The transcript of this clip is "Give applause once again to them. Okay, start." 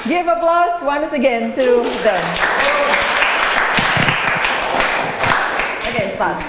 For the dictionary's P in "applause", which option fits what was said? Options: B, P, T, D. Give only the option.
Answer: B